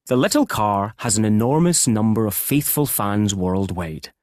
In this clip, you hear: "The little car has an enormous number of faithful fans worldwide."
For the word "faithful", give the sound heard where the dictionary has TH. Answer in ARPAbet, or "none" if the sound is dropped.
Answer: TH